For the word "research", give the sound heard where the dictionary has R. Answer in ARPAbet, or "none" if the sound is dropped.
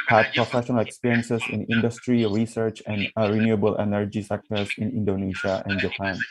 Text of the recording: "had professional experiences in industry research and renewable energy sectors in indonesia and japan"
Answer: R